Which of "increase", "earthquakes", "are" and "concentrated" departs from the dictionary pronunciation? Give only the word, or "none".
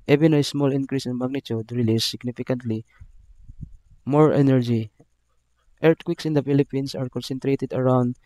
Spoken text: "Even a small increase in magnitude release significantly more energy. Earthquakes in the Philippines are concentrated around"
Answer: earthquakes